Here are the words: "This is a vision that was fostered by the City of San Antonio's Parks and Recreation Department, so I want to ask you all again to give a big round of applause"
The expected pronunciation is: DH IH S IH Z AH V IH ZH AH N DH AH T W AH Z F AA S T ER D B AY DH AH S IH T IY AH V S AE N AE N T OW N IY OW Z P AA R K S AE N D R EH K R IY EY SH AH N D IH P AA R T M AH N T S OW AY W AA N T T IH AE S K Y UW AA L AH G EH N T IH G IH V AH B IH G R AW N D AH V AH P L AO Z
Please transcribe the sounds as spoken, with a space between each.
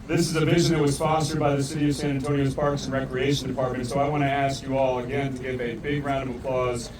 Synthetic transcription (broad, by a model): DH IH S IH Z AH V IH ZH AH N DH AH T W AH Z F AA S T ER D B AY DH AH S IH T IY AH V S AE N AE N T OW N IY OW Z P AA R K S N R EH K R IY EY SH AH N D IH P AA R T M AH N T S OW AY W AA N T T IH AE S K Y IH AA L AH G EH N T IH G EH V AH B IH G R AW N D AH V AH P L AO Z